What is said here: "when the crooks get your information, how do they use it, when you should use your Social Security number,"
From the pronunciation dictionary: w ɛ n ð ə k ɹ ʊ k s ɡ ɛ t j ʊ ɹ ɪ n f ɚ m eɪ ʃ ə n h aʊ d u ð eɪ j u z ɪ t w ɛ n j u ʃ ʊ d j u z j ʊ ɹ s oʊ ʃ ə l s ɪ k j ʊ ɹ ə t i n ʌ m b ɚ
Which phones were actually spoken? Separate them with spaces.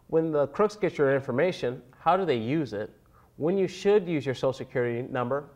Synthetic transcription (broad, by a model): w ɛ n ð ə k ɹ ʊ k s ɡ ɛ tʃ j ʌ ɹ ɪ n f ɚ m eɪ ʃ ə n h aʊ d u ð eɪ j u z ɪ t w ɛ n j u ʃ ʊ d j u z j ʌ ɹ s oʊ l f s ɪ k j ʊ ɹ ə t i n ʌ m b ɚ